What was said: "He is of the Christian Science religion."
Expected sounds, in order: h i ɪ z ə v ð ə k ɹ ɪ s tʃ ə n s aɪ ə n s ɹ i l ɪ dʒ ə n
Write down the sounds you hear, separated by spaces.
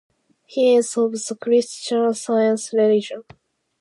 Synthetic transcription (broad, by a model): h i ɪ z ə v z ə k ɹ ɪ s tʃ ə n s aɪ ə n s ɹ i l ɪ dʒ ə n